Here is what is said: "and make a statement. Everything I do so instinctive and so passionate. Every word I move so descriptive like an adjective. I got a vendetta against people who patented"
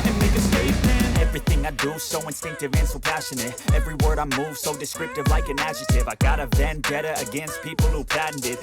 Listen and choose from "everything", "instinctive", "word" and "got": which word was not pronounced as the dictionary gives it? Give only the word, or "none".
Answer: none